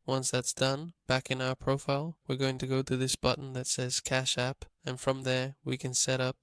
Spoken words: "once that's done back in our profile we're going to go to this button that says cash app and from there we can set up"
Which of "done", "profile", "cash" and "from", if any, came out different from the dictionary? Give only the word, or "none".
none